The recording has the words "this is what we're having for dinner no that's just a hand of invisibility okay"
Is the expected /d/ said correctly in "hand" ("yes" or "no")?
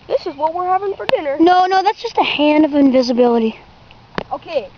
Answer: yes